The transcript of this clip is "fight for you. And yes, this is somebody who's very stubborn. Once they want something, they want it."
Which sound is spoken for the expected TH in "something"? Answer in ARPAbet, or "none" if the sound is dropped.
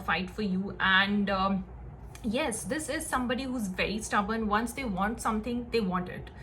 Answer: T